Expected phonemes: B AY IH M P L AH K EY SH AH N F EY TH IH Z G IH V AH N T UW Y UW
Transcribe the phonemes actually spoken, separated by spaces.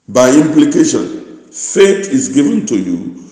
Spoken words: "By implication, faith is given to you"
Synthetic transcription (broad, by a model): B AY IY M P L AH K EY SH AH N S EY T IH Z G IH V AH N T UW Y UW